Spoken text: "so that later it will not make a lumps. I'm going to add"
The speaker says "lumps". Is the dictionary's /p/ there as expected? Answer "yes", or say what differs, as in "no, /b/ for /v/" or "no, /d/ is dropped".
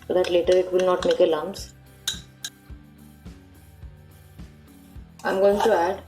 no, /p/ is dropped